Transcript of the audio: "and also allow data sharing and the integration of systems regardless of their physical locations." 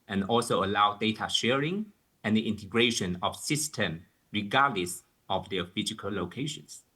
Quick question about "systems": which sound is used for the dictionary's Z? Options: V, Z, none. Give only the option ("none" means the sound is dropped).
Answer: none